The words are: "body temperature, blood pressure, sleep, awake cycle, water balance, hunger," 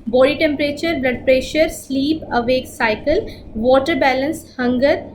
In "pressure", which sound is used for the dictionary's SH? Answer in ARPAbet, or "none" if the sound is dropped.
SH